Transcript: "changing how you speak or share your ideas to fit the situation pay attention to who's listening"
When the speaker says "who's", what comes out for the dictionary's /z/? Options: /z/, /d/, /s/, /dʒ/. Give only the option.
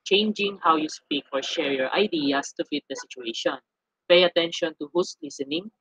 /s/